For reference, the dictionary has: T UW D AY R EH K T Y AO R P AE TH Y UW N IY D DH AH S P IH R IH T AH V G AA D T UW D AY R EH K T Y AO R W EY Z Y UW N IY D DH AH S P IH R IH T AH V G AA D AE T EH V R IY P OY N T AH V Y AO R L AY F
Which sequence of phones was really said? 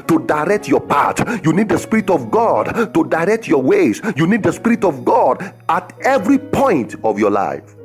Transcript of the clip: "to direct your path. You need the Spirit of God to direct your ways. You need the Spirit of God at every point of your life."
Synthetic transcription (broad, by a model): T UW D AY R EH K T Y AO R P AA T Y UW N IY D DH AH S P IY R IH T AH V G AA D T UW D AY R EH K T Y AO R W EY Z Y UW N IY D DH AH S P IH R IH T AH V G AA D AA T EH V R IY P OY N T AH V Y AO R L AY F